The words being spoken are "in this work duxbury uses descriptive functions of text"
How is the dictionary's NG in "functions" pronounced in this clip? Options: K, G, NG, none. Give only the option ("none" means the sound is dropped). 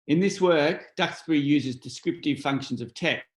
NG